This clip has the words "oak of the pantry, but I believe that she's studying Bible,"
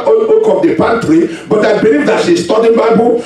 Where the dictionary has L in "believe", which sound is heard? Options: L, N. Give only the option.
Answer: L